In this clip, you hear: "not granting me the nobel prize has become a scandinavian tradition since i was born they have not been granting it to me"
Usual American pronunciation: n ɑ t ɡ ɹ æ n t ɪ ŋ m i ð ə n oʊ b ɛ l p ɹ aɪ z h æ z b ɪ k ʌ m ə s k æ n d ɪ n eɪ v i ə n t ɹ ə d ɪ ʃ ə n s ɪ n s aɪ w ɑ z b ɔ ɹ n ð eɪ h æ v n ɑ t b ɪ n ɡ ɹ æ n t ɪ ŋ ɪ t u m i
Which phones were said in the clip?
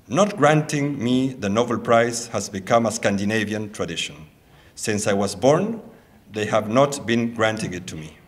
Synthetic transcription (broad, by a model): n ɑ t ɡ ɹ æ n t ɪ ŋ m i ð ə n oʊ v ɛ l p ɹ aɪ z h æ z b ɪ k ʌ m ə s k æ n d ɪ n eɪ v i ə n t ɹ ə d ɪ ʃ ə n s ɪ n s aɪ w ɑ z b ɔ ɹ n ð eɪ h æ v n ɑ t b ɪ n ɡ ɹ æ n t ɪ ŋ ɪ t u m i